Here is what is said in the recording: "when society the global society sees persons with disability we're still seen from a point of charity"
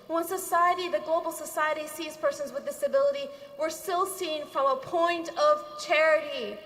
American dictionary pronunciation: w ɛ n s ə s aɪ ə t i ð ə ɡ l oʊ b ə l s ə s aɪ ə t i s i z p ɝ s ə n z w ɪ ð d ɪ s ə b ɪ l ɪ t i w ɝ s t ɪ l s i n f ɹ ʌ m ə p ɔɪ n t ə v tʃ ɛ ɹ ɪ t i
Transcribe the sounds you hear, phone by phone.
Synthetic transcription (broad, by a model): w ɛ n s ə s aɪ ə t i ð ə ɡ l oʊ b l s ə s aɪ ə t i s i z p ɝ s ə n z w ɪ ð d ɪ s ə b ɪ l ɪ t i w ɝ s t ɪ l s i n f ɹ ʌ m ə p ɔɪ n t ə v tʃ ɛ ɹ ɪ t i